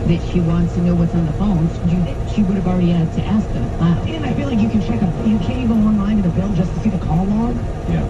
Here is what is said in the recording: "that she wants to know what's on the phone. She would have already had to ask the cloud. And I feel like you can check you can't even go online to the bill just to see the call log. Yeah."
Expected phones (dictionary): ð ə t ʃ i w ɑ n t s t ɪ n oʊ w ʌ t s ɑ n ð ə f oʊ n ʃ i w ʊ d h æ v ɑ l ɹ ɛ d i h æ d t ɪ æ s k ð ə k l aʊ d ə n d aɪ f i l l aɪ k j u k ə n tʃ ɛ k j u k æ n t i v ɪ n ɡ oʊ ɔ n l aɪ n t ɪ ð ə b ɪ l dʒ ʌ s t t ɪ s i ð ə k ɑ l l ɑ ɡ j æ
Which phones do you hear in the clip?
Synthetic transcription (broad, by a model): ð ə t ʃ i w ɑ n t s t ɪ n oʊ w ʌ t s n ð ə f oʊ n ʃ i w ʊ d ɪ v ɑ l ɹ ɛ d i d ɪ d t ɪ æ s k ð ə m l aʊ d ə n aɪ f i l l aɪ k j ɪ k ə n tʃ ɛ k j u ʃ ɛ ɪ ɪ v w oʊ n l aɪ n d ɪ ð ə b ɪ l dʒ ʌ s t t ɪ s i ð ə k ɑ l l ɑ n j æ